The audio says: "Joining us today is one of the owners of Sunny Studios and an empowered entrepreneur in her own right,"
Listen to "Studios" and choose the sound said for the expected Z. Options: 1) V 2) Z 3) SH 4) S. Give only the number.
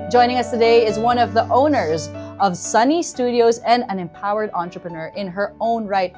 2